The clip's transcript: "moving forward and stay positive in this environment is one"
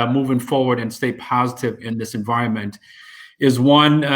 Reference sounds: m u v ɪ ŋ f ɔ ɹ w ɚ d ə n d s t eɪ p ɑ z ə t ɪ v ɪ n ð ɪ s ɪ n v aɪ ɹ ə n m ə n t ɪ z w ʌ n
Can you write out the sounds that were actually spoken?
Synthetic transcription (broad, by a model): m u v ɪ ŋ f ɔ ɹ w ɚ d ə n s t eɪ p ɑ z ə t ɪ v ɪ n ð ɪ s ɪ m v aɪ ɹ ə n m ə n t ɪ z w ʌ n